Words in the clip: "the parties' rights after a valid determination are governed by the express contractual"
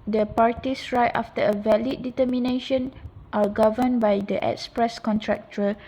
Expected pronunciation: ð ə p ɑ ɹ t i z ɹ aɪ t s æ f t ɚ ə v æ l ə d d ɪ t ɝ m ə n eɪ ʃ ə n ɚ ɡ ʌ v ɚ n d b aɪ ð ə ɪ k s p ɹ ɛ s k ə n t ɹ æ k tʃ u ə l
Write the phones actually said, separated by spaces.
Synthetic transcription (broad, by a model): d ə p ɑ ɹ t i s ɹ aɪ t ɑ f t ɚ ə v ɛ l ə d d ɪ t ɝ m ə n eɪ ʃ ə n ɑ ɡ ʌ v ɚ n b aɪ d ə ɪ k s p ɹ ɛ s k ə n t ɹ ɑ k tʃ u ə